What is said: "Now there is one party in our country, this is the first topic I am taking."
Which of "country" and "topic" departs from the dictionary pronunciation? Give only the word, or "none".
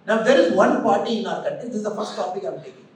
country